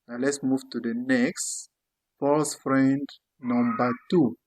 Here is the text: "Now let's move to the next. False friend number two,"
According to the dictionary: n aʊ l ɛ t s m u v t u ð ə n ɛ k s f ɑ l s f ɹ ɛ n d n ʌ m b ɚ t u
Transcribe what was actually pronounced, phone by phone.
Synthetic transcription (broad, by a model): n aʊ l ɛ t s m u v t u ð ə n ɛ k s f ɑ s f ɹ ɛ n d n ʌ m b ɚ t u